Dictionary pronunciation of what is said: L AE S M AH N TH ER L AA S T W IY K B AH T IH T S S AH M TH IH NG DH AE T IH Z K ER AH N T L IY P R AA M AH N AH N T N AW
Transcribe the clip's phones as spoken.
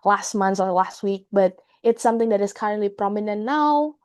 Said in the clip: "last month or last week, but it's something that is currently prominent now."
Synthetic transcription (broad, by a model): L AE S M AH N S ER L AA S T W IY K B AH T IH T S S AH M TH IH NG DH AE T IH S K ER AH N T L IY P R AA M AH N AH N N AW